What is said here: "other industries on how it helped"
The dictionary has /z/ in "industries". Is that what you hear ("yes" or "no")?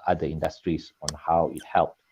no